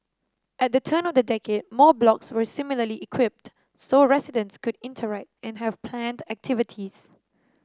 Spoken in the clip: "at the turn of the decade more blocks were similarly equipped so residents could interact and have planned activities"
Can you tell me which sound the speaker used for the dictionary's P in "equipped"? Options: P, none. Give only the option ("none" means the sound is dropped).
P